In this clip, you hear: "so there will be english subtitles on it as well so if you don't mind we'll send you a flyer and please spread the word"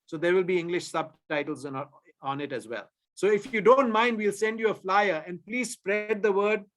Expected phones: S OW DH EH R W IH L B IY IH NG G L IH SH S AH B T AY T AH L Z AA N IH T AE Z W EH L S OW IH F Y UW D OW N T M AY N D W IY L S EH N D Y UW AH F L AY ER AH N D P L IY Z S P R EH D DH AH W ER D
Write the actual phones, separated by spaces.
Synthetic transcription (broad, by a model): S OW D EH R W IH L B IY IH NG G L IH SH S AH B T AY T AH L Z AA N IH T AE Z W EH L S OW IH F Y UW D OW N T M AY N D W IY L S EH N D Y UW AH F L AY ER AH N D P L IY Z S P R EH D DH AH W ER D